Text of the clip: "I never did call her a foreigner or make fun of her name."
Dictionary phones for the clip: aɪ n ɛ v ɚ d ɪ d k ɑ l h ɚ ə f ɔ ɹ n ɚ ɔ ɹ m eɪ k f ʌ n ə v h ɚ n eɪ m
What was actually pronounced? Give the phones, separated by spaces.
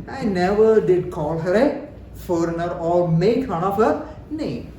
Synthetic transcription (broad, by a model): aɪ n ɛ v ɚ d ɪ d k ɑ l h ɚ ə f ɔ ɹ n ɚ ɔ l m eɪ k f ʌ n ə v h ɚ n eɪ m